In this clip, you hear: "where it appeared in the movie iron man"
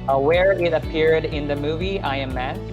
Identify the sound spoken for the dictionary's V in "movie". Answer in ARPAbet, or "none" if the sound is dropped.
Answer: V